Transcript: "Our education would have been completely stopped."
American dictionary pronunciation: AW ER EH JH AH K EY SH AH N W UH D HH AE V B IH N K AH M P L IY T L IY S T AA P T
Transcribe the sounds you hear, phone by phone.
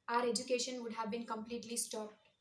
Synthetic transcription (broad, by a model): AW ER EH JH AH K EY SH AH N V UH D HH AE V B IH N K AH M P L IY T L IY S T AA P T